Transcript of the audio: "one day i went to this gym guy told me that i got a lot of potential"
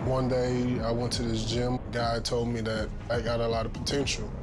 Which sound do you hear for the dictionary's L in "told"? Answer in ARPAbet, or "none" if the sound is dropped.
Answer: L